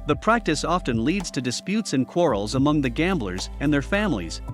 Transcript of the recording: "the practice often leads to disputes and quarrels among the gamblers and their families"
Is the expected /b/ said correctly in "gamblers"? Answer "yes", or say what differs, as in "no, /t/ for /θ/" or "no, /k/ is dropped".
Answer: yes